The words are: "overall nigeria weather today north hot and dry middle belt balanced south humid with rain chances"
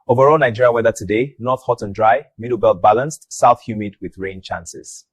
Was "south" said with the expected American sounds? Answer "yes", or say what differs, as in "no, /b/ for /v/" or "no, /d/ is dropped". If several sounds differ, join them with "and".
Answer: yes